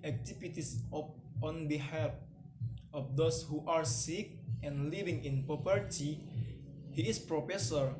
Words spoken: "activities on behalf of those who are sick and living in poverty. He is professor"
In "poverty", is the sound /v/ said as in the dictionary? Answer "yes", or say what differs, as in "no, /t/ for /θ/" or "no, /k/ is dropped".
no, /p/ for /v/